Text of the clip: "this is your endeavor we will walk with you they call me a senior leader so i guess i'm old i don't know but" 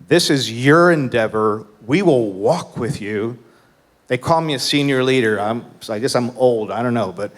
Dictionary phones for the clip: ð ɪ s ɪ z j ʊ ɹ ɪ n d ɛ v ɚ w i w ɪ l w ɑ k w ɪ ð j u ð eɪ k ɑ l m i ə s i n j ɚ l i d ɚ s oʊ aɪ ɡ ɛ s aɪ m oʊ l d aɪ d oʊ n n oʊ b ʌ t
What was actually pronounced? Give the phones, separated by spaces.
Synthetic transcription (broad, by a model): ð ɪ s ɪ z j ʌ ɹ ɪ n d ɛ v ɚ w i w ɪ l w ɑ k w ɪ ð j u ð eɪ k ɑ l m i ə s i n j ɚ l i d ɚ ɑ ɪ aɪ ɡ ɛ s aɪ m oʊ l d aɪ d oʊ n n oʊ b ʌ t